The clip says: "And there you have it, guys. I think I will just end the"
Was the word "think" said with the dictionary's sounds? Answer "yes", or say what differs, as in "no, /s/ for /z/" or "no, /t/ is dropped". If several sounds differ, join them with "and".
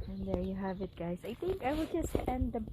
yes